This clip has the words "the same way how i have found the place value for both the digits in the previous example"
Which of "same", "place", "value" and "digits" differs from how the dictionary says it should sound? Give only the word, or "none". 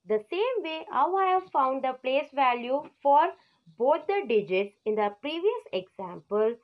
none